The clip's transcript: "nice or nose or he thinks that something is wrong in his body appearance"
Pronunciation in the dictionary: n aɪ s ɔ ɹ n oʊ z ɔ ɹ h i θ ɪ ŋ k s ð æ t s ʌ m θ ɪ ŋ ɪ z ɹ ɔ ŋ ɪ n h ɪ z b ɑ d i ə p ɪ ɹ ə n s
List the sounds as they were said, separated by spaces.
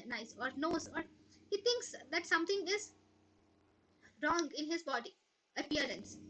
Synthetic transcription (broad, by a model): n aɪ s ɔ ɹ n oʊ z ɔ ɹ h i t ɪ ŋ k s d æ t s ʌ m t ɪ ŋ ɪ z ɹ ɔ ŋ ɪ n h ɪ z b ɑ d i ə p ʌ ɹ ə n s